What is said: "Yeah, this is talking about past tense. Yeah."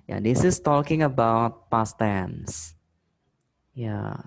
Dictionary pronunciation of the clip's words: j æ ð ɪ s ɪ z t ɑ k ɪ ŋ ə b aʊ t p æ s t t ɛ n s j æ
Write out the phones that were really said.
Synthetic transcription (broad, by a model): j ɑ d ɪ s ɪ s t ɑ k ɪ ŋ ə b aʊ t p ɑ s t t ɛ n s j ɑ